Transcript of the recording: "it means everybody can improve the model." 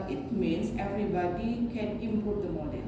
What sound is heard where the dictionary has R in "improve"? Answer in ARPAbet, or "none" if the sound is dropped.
none